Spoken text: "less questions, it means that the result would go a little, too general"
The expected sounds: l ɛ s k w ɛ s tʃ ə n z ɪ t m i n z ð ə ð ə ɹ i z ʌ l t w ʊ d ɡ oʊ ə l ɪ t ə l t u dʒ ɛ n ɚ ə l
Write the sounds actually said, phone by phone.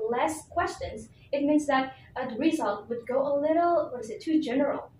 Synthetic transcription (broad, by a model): l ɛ s k w ɛ s tʃ ə n z ɪ t m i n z ð ə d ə ɹ i z ʌ l t w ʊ d ɡ oʊ ə l ɪ t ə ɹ t u dʒ ɛ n ɚ l